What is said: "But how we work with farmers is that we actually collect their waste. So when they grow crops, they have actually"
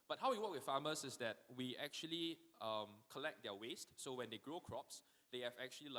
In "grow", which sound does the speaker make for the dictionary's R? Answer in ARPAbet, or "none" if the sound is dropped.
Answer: R